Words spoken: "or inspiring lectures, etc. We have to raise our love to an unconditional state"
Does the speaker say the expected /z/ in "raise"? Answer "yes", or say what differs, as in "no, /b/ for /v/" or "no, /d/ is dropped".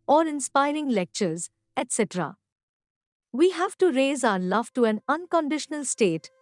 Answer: yes